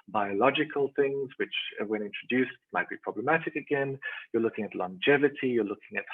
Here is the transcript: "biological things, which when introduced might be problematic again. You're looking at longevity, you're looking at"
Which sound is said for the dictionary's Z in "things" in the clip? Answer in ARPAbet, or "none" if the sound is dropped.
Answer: Z